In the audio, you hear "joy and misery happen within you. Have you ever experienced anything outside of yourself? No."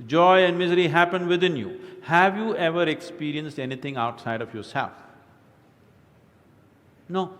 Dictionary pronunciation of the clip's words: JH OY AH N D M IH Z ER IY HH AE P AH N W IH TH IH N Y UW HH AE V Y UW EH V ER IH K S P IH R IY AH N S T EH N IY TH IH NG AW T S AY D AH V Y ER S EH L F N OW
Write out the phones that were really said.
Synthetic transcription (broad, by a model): JH OY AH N D M IH Z ER IY HH AE P AH N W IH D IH N Y UW HH AE V Y UW EH V ER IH K S P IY R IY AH N S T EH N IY T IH NG AW T S AY D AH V Y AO S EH L F N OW